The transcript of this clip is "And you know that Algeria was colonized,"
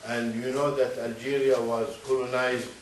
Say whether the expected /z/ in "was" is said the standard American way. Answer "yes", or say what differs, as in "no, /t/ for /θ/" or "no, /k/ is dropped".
yes